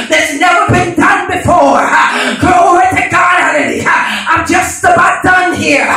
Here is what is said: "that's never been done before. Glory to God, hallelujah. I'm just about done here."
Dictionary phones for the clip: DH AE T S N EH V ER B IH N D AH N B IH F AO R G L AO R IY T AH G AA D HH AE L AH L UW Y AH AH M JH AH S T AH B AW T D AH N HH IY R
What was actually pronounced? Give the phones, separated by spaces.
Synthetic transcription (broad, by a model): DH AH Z N EH V ER B IH N D AH N B IH F AO R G AO IY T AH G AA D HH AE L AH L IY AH AH M JH AH S T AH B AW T D AH N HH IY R